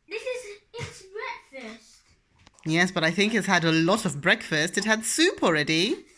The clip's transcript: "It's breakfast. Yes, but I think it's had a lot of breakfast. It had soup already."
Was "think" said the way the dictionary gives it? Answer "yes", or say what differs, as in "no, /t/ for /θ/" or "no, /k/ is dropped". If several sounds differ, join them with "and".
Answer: yes